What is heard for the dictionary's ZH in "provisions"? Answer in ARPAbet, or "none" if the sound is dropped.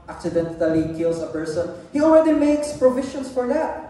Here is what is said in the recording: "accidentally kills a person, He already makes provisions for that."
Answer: SH